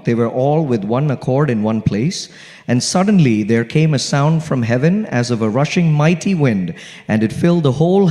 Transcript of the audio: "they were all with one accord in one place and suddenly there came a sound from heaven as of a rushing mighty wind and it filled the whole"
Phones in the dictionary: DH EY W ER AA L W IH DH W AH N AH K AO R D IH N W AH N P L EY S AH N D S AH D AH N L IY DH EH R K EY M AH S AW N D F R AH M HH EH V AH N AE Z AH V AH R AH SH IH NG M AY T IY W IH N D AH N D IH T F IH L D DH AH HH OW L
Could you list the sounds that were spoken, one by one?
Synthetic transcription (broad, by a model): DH EY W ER AA L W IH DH W AH N AH K AO R D IH N W AH N P L EY S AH N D S AH D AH N L IY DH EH R K EY M AH S AW N D F R AH M HH EH V AH N AE Z AH V AH R AH SH IH NG M AY T IY W IH N D AH N D IH T F IH L D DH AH HH OW L